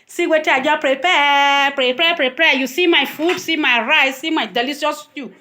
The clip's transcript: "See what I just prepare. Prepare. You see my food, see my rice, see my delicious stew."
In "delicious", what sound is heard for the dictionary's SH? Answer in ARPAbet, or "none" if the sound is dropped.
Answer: S